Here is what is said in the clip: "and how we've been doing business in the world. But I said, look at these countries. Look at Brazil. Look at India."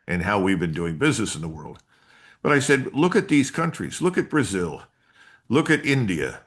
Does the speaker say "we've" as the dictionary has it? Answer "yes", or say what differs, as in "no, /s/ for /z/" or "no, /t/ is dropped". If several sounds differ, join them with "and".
yes